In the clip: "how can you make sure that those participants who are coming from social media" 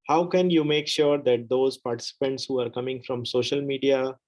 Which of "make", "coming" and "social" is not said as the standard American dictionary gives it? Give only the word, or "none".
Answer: none